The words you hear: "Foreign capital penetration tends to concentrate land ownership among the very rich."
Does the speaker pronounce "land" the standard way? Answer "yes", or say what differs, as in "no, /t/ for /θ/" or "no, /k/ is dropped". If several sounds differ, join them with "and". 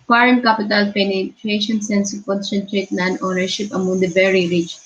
no, /n/ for /l/